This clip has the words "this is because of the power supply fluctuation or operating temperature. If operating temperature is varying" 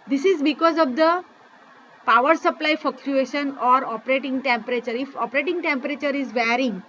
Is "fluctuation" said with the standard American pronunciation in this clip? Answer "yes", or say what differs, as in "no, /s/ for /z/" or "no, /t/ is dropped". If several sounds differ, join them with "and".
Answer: no, /l/ is dropped